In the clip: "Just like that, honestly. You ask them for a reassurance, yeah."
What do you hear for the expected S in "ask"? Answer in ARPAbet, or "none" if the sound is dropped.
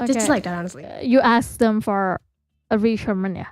S